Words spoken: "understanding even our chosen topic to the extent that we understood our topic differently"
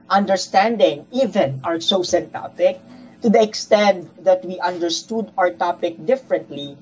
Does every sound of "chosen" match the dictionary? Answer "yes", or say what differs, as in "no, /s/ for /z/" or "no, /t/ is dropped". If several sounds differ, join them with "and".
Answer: no, /s/ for /tʃ/ and /s/ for /z/